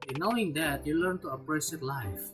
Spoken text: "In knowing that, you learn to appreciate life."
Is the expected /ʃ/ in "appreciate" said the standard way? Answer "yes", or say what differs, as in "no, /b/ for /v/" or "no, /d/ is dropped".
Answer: no, /s/ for /ʃ/